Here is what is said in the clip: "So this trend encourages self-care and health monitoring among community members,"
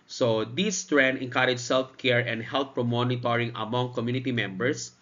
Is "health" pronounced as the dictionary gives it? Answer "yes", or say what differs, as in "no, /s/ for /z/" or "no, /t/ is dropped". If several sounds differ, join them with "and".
no, /f/ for /θ/